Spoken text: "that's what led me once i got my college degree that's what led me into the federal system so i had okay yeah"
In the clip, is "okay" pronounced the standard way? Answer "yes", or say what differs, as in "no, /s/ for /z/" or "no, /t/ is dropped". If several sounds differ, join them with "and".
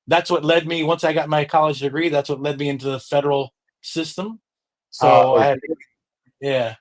no, /k/ is dropped